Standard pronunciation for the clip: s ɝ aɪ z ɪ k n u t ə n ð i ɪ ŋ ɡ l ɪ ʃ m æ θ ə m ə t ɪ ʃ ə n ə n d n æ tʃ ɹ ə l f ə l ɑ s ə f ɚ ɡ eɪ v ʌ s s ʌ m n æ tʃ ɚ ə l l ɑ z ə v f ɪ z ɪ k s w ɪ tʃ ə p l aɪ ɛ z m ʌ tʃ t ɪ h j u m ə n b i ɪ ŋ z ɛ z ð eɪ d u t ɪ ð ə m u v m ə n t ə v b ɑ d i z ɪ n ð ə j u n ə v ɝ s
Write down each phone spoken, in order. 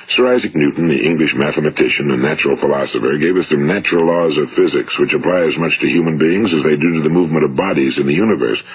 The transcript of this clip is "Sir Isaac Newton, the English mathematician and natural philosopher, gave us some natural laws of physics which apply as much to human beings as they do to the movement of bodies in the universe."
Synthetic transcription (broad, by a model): s ɝ aɪ z ɪ k n u t n ð i ɪ ŋ ɡ l ɪ ʃ m æ θ ə m ə t ɪ ʃ ə n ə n n æ tʃ ɹ l f ə l ɑ s ə f ɚ ɡ eɪ v ʌ s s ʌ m n æ tʃ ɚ l l ɑ z ə v f ɪ z ɪ k s w ɪ tʃ ə p l aɪ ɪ z m ʌ tʃ t ɪ h j u m ə n b i ɪ ŋ z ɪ z ð eɪ d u t ɪ ð ə m u v m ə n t ə v b ɑ d i z ɪ n ð ə j u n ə v ɝ s